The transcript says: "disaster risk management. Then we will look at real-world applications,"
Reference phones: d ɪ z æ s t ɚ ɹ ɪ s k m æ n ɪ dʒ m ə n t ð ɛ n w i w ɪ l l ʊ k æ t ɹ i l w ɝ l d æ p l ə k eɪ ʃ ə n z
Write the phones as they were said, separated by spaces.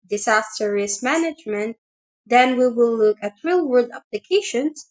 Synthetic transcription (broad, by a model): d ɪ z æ s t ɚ ɹ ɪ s m æ n ɪ dʒ m ə n t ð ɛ n w i w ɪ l l ʊ k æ t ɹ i l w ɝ d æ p l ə k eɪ ʃ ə n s